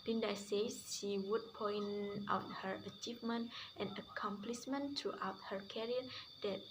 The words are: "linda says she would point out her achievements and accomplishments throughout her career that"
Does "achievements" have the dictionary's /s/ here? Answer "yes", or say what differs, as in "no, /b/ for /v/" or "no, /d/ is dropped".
no, /s/ is dropped